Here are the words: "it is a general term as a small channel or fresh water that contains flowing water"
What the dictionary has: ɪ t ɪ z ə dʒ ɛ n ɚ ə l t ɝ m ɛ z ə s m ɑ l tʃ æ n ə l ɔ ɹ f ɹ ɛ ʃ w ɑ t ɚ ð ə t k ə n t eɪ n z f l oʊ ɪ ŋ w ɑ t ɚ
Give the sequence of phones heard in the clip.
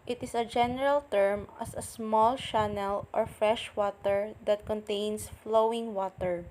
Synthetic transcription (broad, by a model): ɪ t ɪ s ə dʒ ɛ n ɚ ə l t ɝ m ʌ s ə s m ɑ l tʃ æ n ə l ɔ ɹ f ɹ ɛ ʃ w ɑ t ɚ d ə t k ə n t eɪ n s f l oʊ ɪ ŋ w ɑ t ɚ